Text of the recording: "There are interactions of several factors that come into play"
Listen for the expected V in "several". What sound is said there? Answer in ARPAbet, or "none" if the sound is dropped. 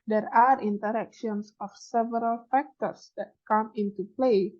V